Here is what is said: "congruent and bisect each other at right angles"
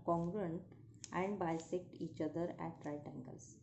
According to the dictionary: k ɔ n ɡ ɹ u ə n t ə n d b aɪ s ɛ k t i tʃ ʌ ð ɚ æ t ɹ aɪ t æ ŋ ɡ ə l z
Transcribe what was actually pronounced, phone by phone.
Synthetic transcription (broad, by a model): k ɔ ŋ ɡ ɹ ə n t ə n d b aɪ s ɛ k t i tʃ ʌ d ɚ æ t ɹ aɪ t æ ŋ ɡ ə l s